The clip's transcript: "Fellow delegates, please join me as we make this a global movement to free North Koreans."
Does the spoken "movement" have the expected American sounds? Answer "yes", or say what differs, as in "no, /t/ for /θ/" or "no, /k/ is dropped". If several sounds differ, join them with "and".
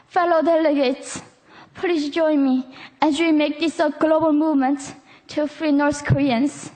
yes